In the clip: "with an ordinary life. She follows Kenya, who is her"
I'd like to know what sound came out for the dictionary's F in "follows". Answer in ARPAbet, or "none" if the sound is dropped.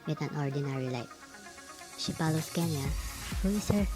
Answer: P